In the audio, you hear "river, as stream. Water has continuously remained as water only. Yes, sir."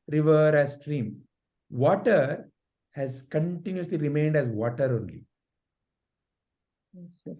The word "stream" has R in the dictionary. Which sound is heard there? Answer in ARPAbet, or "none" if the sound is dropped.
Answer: R